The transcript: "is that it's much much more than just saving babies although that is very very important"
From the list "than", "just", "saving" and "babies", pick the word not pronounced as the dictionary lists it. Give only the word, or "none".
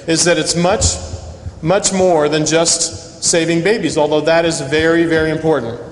none